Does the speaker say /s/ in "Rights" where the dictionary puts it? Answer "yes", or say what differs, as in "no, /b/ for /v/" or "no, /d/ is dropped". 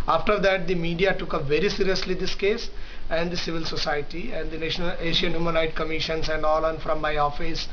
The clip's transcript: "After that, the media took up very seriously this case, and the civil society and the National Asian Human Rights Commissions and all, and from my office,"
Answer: no, /s/ is dropped